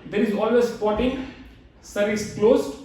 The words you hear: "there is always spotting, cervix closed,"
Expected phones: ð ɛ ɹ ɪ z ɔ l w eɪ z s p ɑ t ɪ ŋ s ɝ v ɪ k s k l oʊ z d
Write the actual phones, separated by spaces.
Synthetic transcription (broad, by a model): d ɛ ɹ ɪ z ɔ l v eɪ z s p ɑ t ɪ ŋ s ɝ ɪ s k l oʊ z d